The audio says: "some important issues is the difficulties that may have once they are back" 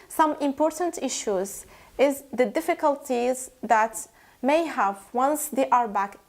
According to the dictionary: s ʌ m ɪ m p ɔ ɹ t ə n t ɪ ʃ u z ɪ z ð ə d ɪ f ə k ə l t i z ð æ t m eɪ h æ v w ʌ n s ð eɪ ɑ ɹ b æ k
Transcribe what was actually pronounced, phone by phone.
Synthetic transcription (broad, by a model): s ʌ m ɪ m p ɔ ɹ t ə n t ɪ ʃ u z ɪ z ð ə d ɪ f ə k ə l t i z ð æ t m eɪ h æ v w ʌ n s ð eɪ ɑ ɹ b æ k